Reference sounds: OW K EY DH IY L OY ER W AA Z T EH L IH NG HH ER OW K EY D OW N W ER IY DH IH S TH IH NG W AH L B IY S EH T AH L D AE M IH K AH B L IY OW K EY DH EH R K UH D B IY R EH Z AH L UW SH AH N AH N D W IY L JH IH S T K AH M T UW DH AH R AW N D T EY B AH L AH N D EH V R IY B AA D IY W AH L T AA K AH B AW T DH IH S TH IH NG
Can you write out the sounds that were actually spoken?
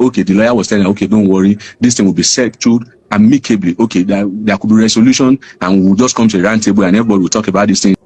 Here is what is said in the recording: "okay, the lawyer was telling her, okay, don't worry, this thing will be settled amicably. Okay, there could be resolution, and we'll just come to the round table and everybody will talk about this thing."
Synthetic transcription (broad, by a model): OW K EY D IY L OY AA W AA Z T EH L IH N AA OW K EY D OW N W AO IY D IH S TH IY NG W AH L B IY S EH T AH D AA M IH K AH B L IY OW K EY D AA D K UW B IY R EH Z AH L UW SH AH N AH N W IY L JH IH S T K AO M T UW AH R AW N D T EY B AH L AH N EH V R IY B AA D IY W AH L T AA K AH B AW T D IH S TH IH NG